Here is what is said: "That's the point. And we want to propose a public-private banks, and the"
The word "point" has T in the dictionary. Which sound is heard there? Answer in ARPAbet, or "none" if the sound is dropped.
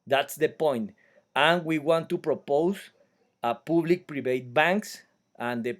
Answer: T